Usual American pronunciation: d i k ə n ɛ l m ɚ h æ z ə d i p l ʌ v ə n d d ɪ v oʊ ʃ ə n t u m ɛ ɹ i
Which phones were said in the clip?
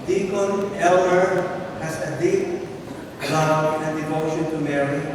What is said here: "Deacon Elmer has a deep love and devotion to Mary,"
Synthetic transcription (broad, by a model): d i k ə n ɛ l ɚ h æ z ə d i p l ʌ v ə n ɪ d ɪ v oʊ ʃ ə n t u m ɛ ɹ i